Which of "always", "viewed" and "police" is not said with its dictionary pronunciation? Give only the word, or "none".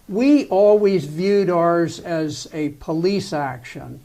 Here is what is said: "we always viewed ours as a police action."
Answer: none